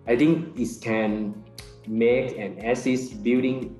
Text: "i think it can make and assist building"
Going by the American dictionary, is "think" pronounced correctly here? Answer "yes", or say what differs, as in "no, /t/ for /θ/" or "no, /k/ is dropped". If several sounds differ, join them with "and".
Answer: no, /t/ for /θ/